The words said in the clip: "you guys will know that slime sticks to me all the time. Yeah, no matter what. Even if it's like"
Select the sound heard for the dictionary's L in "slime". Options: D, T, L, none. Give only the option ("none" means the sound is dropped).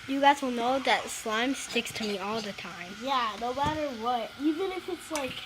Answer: L